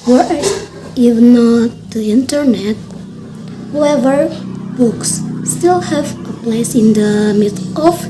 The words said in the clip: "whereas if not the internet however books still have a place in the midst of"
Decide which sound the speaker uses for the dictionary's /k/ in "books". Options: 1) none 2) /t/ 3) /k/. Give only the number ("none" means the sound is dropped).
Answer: 3